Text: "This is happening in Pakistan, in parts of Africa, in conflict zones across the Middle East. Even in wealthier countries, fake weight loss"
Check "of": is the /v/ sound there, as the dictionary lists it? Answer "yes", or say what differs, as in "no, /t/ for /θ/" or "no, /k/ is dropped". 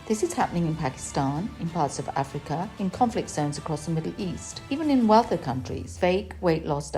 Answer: yes